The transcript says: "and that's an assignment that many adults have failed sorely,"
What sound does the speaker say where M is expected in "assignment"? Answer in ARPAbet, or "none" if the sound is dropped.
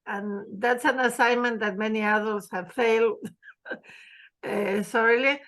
M